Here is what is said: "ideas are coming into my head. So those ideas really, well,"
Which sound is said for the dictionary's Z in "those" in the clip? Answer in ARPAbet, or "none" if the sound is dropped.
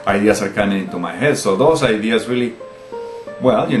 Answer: S